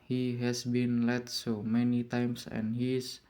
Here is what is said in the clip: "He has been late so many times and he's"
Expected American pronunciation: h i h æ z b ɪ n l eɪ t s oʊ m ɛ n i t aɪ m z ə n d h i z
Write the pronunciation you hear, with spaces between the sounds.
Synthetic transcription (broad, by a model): h i h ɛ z b ɪ n l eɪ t s oʊ m ɛ n i t aɪ m s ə n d h i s